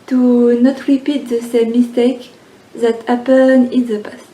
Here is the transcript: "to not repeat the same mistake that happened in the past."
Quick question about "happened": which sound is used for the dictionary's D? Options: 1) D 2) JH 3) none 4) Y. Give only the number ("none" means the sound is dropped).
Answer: 3